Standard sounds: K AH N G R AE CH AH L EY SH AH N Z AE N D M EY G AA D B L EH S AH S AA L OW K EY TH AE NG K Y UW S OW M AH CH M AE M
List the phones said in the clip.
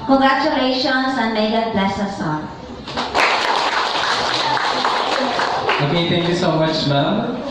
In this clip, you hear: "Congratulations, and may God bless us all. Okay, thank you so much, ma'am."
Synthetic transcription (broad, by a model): K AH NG G R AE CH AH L EY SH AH N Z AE N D M EY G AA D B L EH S AH S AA N OW K EY T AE NG K Y UW S OW M AH CH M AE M